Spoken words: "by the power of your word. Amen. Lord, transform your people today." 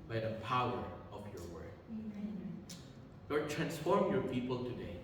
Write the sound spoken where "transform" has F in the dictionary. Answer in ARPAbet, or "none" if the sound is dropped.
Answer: F